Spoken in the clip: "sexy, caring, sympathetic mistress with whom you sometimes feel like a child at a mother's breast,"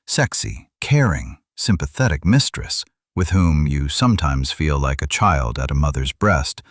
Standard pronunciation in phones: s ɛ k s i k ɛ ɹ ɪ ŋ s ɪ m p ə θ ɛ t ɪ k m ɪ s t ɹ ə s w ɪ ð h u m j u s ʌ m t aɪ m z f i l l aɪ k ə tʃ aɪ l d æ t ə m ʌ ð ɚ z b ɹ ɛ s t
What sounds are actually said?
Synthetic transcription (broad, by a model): s ɛ k s i k ɛ ɹ ɪ ŋ s ɪ m p ə θ ɛ t ɪ k m ɪ s t ɹ ə s w ɪ ð h u m j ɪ s ʌ m t aɪ m z f i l l aɪ k ə tʃ aɪ l d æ t ə m ʌ ð ɚ z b ɹ ɛ s t